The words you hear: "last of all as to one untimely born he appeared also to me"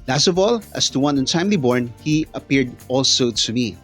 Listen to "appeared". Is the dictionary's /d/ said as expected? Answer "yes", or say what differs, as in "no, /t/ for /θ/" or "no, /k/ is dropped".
yes